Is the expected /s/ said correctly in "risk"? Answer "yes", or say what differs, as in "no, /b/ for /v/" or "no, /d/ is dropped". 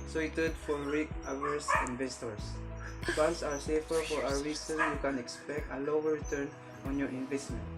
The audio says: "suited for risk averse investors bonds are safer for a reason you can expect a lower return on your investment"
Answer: no, /s/ is dropped